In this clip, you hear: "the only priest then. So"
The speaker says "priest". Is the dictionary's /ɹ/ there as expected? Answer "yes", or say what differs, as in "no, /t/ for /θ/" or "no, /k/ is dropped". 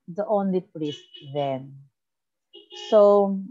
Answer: no, /l/ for /ɹ/